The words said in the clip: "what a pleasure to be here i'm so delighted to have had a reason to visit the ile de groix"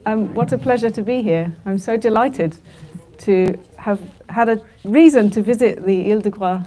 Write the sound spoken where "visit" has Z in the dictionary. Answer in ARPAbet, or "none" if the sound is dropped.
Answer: Z